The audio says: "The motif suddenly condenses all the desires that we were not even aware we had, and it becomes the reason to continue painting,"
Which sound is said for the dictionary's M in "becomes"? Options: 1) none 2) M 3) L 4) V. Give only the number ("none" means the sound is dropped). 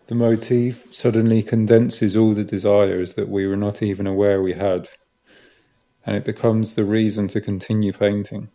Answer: 2